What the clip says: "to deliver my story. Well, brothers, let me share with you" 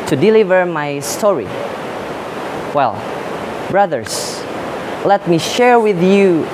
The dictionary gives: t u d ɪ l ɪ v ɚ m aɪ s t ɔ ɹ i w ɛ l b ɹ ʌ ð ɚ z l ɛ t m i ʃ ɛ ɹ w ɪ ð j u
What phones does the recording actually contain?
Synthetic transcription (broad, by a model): t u d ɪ l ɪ v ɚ m aɪ s t ɔ ɹ i w ɛ l b ɹ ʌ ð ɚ s l ɛ t m i ʃ ɛ ɹ w ɪ ð j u